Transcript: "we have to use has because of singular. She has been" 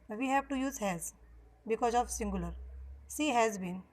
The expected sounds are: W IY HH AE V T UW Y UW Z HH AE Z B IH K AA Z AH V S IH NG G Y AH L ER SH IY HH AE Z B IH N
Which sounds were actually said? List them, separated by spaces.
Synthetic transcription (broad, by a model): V IY HH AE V T UW Y UW Z HH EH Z B IH K AA Z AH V S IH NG G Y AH L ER S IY HH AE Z B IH N